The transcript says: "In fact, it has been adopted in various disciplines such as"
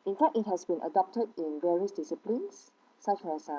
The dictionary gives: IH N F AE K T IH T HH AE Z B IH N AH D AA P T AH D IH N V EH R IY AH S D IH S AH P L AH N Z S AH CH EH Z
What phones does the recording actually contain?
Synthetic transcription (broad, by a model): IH N F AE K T IH T HH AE S B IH N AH D AA P T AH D IH N V EH R IY AH S D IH S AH P L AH N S S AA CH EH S